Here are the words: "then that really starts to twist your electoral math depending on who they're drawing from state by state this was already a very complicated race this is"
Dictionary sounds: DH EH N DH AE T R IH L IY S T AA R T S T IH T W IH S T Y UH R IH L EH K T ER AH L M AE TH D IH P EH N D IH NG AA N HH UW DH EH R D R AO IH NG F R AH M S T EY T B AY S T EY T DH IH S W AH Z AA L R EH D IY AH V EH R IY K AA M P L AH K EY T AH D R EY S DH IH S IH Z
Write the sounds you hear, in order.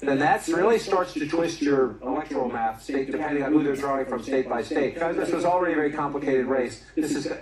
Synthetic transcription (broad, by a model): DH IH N DH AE T R IH L IY S T AA R T S T IH T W IH S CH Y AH R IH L EH K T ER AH L M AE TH D IH P EH N D IH NG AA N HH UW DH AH R D R AO IH NG F R AH M S T EY T B AY S T EY T DH IH S W AH Z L R EH D IY AH V EH R IY K AA M P L AH K EY T AH D R EY S DH IH S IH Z